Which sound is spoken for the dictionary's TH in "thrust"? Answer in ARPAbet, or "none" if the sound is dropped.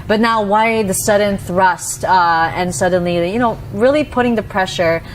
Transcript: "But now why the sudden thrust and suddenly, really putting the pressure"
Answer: TH